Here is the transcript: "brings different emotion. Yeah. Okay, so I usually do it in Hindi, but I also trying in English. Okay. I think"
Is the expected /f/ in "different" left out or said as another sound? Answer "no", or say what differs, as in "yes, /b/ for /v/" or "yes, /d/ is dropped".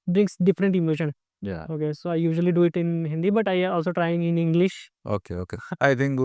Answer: no